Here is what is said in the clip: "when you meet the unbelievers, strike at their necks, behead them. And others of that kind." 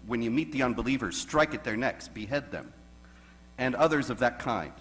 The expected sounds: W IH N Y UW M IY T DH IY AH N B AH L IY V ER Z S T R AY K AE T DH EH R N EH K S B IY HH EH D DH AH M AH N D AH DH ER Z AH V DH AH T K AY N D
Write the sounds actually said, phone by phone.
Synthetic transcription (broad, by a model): W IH N Y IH M IY T DH IY AH N B AH L IY V ER Z S T R AY K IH T DH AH R N EH K S B IY HH EH D DH AH M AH N AH DH ER Z AH V DH AH T K AY N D